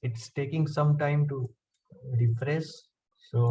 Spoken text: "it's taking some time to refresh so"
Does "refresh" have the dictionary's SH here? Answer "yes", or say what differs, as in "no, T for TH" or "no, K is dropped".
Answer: no, S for SH